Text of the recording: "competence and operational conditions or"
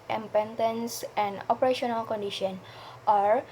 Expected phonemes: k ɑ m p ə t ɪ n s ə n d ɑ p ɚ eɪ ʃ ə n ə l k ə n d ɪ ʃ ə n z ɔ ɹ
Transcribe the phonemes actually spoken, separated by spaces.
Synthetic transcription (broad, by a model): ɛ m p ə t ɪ n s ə n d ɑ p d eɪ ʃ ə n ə l k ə n d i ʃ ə n ɔ ɹ